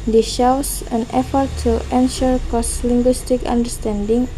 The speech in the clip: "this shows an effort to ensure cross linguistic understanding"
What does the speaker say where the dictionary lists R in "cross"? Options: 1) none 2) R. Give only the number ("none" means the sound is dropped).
1